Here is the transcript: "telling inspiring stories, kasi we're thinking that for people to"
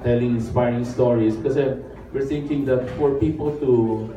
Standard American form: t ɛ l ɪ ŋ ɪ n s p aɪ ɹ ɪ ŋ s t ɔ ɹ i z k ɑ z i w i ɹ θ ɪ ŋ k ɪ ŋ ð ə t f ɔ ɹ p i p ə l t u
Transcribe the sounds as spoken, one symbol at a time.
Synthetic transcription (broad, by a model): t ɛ l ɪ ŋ ɪ n s p aɪ ɹ ɪ ŋ s t ɔ ɹ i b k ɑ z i w i ɹ t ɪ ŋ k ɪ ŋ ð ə t f ɔ ɹ p i p ə l t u